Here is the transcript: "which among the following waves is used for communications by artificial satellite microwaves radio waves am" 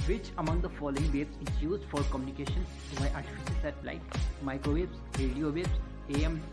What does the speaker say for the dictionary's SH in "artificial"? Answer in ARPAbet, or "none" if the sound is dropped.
S